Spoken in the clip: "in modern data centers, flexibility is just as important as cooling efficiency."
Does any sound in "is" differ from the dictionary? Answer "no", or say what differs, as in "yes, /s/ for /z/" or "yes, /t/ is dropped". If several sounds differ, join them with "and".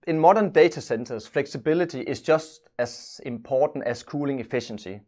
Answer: yes, /s/ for /z/